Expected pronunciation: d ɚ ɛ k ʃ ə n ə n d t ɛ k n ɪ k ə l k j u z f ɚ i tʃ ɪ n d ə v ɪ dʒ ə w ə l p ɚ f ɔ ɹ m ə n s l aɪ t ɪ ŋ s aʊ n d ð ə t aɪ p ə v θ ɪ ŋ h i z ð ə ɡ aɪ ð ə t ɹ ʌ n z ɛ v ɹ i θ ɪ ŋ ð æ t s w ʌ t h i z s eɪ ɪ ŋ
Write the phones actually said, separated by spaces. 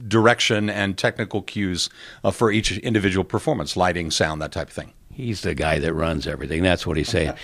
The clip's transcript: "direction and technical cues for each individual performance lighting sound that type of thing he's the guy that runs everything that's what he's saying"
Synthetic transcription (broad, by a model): d ɚ ɛ k ʃ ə n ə n t ɛ k n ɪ k l k j u z f ɚ i tʃ ɪ n d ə v ɪ dʒ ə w l p ɚ f ɔ ɹ m ə n s l aɪ t ɪ ŋ s aʊ n ð ə t aɪ p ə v θ ɪ ŋ h i z ð ə ɡ aɪ ð ə t ɹ ʌ n z ɛ v ɹ i θ ɪ ŋ ð æ t s w ʌ t h i s eɪ ɪ